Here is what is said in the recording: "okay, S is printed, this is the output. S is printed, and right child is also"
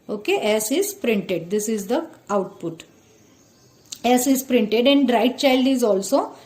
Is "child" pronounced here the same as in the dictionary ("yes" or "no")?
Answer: yes